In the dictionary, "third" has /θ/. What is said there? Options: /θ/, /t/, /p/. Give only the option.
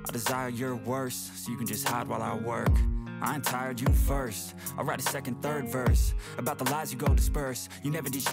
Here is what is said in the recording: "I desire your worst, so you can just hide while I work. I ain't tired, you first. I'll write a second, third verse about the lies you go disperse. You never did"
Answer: /θ/